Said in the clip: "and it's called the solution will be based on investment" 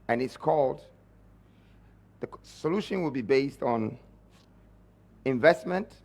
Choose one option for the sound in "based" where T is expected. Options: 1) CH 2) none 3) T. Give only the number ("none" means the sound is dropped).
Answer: 3